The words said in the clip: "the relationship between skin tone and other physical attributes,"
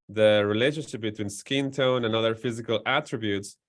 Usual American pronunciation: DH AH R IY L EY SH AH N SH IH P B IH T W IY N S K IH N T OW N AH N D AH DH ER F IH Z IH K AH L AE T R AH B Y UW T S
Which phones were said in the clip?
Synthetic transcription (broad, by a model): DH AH R IY L EY SH AH N SH IH P B IH T W IY N S K IH N T OW N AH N AH DH ER F IH Z IH K AH L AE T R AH B Y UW T S